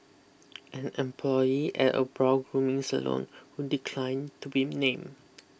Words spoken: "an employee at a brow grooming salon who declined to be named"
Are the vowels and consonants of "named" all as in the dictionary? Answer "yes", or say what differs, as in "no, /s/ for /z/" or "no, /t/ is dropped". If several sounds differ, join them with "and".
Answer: no, /d/ is dropped